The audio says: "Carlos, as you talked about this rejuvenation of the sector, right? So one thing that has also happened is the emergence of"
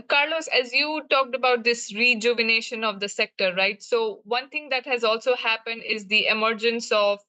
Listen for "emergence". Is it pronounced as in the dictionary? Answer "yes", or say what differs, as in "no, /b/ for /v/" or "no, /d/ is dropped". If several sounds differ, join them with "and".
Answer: yes